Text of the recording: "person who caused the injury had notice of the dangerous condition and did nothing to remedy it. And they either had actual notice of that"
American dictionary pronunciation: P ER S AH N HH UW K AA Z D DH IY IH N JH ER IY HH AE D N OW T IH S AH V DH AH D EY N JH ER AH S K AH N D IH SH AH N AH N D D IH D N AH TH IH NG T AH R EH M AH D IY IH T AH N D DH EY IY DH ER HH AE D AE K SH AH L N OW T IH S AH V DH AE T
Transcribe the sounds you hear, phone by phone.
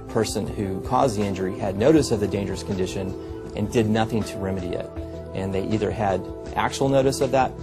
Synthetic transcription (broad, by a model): P ER S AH N HH UW K AA Z DH IY IH N JH ER IY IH D N OW T IH S AH V DH AH D EY N JH ER AH S K N D IH SH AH N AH N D D IH D N AH TH IH NG T AH R EH M AH D IY IH T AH N DH EY IY DH ER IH D AE K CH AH L N OW T IH S AH V DH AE T